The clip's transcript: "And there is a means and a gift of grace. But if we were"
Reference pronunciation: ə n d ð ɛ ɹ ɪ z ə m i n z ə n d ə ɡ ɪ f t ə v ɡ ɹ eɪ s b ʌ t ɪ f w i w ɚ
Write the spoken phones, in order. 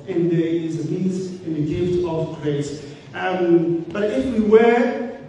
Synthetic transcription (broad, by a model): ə n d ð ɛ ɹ ɪ z ə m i z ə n ə ɡ ɪ f t ə v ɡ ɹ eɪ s b ʌ t ɪ f w i w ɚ